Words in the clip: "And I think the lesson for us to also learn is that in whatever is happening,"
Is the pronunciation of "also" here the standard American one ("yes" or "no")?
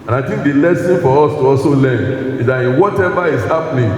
no